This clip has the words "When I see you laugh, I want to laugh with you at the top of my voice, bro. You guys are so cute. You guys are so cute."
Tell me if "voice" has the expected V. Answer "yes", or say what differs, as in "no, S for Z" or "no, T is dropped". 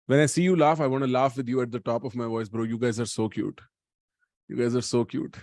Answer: yes